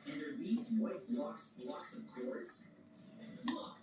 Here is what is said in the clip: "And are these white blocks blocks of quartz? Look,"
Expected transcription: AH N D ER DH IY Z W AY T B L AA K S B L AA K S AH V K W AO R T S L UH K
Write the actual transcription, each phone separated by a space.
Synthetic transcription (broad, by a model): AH N D ER DH IY Z W AY T B L AA K S B L AA K S AH V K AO R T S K